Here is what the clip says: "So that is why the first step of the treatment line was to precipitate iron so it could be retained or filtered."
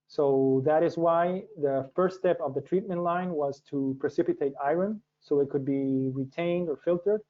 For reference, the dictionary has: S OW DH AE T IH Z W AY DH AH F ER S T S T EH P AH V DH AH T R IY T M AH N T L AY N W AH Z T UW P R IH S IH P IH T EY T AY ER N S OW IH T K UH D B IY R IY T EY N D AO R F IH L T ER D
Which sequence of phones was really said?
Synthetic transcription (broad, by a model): S OW DH AE T IH Z W AY DH AH F ER S T S T EH P AH V DH AH T R IY T M AH N T L AY N W AH Z T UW P R IH S IH P IH T EY T AY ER N S OW IH T K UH D B IY R IY T EY N D AO R F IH L T ER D